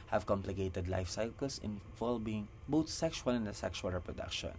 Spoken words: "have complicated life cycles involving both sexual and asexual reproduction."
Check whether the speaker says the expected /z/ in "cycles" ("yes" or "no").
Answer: no